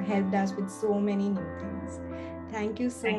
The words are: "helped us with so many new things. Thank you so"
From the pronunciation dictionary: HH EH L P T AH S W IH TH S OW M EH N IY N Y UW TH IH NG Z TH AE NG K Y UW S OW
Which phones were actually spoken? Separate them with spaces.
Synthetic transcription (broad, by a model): HH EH L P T AH S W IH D S OW M EH N IY N Y UW T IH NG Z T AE NG K Y UW S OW